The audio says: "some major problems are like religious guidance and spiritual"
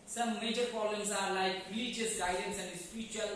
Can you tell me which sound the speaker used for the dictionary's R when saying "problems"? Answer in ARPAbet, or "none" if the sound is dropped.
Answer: none